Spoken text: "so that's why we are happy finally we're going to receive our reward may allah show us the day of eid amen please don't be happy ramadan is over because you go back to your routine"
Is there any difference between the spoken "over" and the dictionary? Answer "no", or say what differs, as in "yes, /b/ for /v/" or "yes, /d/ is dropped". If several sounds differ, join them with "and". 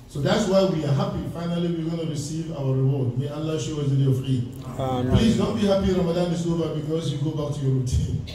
yes, /b/ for /v/